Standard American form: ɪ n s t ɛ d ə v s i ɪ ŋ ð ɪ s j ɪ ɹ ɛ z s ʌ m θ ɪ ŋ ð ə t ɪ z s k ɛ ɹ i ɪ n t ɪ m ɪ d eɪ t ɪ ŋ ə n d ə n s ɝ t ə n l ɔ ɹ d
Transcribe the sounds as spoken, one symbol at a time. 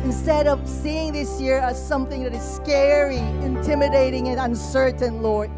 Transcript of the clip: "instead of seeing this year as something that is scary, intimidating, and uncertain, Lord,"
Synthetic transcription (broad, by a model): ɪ n s t ɛ d ə v s i ɪ ŋ ð ɪ s j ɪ ɹ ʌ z s ʌ m θ ɪ ŋ ð ə t ɪ z s k ɛ ɹ i ɪ n t ɪ m ɪ d eɪ t ɪ ŋ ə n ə n s ɝ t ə n l ɔ ɹ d